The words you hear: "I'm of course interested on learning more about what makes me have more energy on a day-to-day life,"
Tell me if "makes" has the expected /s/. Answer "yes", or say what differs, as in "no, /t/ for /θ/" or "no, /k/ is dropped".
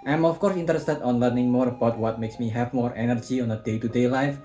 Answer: yes